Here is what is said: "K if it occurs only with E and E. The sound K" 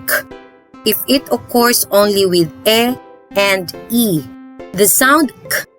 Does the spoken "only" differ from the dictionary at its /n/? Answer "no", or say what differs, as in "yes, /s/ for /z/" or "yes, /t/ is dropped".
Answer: no